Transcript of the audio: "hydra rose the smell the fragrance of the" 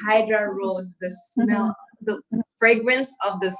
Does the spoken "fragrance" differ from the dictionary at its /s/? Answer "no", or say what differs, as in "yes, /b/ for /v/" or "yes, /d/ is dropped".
no